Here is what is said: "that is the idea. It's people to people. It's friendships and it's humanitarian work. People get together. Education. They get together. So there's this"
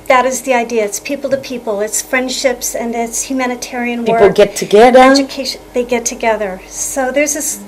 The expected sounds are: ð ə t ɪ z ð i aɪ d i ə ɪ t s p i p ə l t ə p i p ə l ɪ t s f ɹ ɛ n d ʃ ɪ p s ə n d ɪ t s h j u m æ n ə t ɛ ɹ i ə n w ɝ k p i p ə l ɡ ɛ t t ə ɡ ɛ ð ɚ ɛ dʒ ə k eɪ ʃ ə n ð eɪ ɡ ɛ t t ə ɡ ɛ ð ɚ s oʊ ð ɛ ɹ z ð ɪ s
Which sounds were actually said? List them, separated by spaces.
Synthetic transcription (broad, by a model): ð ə t ɪ z ð i aɪ d i ə ɪ t s p i p l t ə p i p l ɪ t s f ɹ ɛ n d ʃ ɪ p s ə n ɪ t s h j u m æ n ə t ɛ ɹ i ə n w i ə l ɡ ɛ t t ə ɡ ɛ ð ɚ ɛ dʒ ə k eɪ ə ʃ ð eɪ ɡ ɛ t t ə ɡ ɛ ð ɚ s oʊ ð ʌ ɹ z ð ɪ s